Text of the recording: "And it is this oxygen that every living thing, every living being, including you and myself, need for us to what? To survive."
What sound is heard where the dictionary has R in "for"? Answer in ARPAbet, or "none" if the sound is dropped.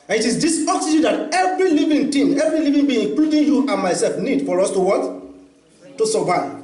R